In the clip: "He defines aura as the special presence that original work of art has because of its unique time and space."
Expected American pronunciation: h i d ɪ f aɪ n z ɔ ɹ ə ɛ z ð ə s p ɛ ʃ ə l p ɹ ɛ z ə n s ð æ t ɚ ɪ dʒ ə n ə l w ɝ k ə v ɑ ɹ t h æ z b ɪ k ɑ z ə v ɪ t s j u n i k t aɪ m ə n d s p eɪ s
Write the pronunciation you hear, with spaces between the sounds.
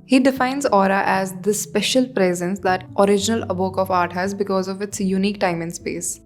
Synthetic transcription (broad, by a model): h i d ɪ f aɪ n z ɔ ɹ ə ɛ z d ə s p ɛ ʃ ə l p ɹ ɛ z ə n s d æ t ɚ ɪ dʒ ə n ə l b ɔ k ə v ɑ ɹ t h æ z b ɪ k ɑ z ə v ɪ t s j u n i k t aɪ m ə n s p eɪ s